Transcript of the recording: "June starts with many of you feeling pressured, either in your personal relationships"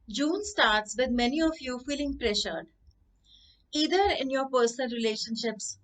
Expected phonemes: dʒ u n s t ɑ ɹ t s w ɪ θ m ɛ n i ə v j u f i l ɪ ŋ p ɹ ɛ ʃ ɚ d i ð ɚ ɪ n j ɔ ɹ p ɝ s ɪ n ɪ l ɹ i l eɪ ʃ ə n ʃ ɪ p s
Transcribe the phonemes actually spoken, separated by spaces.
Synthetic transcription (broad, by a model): dʒ u n s t ɑ ɹ t s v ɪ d m ɛ n i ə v j u f i l ɪ ŋ p ɹ ɛ ʃ ɚ d i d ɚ ɪ n j ɔ ɹ p ɝ s ɪ n ɪ l ɹ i l eɪ ʃ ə n ʃ ɪ p s